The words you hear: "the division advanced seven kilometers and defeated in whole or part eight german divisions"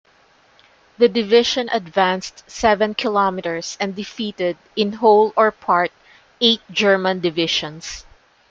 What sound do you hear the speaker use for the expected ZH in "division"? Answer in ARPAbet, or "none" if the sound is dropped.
SH